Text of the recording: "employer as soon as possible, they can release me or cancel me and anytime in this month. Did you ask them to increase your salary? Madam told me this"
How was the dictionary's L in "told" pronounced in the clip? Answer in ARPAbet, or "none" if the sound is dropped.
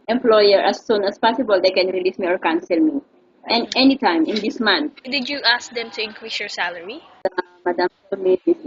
none